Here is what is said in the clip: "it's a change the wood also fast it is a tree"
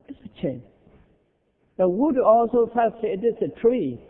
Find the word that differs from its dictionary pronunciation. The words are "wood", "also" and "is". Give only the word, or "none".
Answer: is